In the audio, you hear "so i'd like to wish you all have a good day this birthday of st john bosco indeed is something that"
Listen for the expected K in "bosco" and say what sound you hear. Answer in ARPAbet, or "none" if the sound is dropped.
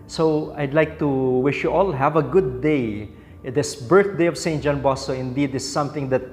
none